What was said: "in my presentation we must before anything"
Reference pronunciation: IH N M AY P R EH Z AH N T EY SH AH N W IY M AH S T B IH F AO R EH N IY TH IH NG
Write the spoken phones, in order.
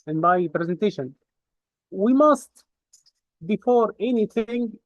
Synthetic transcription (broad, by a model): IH N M AY P R EH Z AH N T EY SH AH N W IY M AH S T B IH F AO R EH N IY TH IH NG